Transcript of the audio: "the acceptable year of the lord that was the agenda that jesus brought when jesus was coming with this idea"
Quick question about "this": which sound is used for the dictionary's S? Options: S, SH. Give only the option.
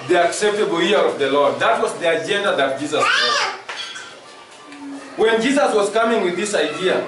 S